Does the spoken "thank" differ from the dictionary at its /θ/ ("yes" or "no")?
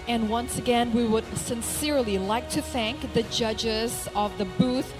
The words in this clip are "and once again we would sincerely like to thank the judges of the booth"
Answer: no